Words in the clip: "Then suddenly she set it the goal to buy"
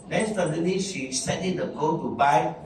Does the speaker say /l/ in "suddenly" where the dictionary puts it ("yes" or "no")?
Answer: no